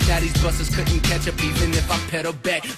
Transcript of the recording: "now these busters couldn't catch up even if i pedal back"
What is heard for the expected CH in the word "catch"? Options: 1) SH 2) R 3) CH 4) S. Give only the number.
3